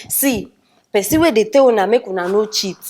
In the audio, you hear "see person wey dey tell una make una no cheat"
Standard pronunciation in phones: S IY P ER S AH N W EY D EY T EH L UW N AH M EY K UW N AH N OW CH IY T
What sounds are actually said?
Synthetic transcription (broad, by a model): S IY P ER S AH W EY D EY T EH W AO N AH M EY K UW N AH N OW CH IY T